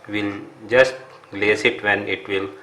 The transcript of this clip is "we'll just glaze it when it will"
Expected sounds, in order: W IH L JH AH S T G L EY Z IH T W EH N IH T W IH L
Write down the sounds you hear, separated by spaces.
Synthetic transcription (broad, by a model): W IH L JH AH S T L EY S IH T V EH N IH T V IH L